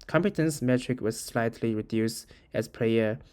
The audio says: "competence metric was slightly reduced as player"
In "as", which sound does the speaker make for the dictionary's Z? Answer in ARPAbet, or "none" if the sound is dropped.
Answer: S